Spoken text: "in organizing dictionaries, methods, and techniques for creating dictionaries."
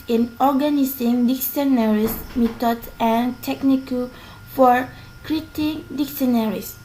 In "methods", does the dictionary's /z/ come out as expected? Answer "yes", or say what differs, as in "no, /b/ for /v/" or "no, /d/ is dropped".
no, /z/ is dropped